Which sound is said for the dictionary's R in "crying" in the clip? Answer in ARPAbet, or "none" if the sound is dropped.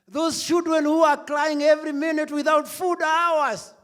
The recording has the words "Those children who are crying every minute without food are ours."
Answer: L